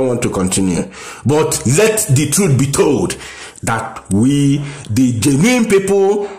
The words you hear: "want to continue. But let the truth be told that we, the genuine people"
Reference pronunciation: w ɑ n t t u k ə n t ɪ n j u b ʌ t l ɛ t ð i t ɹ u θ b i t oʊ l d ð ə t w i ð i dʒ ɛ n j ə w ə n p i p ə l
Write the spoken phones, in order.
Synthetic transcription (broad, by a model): w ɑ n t t u k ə n t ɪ n j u b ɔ t l ɛ t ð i t ɹ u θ b i t oʊ l d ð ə t w i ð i dʒ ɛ n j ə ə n p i p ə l